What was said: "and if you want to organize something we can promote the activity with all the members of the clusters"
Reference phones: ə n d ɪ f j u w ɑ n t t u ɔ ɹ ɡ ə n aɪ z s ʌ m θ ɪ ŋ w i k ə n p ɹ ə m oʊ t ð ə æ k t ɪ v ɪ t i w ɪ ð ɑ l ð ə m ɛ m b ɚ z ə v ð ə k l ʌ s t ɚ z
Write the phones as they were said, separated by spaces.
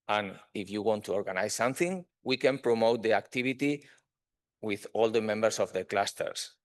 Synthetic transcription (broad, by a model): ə n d ɪ f j u w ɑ n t t u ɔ ɹ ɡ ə n aɪ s s ʌ m θ ɪ ŋ w i k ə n p ɹ ə m oʊ t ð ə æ k t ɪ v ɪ t i w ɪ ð ɑ l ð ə m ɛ m b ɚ s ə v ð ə k l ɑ s t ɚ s